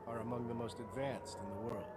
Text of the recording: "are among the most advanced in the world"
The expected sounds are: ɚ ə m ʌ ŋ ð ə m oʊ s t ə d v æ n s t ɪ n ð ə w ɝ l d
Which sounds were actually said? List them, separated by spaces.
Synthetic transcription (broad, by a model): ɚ ə m ʌ ŋ ð ə m oʊ s t ə d v æ n s t ɪ n ð ə w ɝ l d